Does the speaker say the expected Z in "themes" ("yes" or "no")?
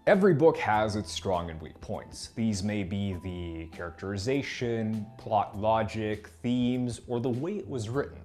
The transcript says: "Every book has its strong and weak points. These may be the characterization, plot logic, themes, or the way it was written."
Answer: yes